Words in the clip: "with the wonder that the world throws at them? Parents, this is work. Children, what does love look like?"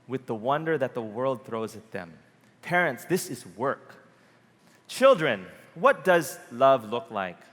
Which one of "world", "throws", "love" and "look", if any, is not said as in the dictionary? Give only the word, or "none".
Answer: none